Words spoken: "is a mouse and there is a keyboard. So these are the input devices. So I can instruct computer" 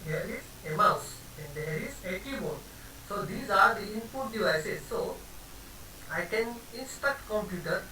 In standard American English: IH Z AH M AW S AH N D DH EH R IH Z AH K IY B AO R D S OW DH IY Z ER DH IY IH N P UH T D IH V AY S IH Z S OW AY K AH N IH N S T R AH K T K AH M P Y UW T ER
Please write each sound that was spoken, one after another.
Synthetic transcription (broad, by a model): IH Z AH M AW S AH N D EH R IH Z AH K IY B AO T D S OW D IY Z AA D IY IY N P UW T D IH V AY S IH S S OW AY K AH N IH N S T AH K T K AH M P Y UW T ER